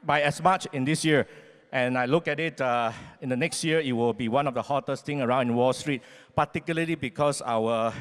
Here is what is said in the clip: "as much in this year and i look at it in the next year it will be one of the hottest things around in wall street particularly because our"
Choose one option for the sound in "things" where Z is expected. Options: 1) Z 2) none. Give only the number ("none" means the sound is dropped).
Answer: 2